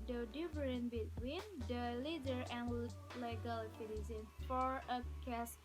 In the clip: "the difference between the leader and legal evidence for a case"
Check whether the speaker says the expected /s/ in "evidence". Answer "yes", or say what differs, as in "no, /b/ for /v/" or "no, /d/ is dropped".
no, /s/ is dropped